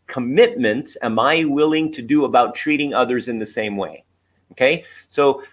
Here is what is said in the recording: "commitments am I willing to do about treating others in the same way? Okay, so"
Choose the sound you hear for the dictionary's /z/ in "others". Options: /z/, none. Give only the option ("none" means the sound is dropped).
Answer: /z/